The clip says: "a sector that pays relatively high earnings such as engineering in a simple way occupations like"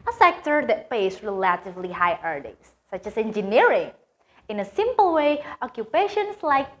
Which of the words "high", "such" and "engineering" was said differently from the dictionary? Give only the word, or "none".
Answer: none